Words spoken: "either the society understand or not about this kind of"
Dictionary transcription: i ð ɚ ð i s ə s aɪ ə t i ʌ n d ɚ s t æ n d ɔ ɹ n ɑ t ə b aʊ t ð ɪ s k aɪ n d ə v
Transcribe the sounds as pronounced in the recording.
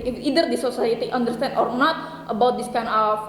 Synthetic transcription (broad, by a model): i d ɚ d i s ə s aɪ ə t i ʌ n d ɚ s t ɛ n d ɔ ɹ n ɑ t ə b aʊ t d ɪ s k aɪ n ə